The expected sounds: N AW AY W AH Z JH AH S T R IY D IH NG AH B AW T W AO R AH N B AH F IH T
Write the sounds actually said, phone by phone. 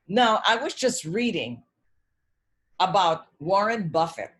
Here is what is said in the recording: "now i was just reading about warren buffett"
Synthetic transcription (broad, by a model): N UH AY W AH Z JH AH S T R IY D IH NG AH B AW T W AO R AH N B AH F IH T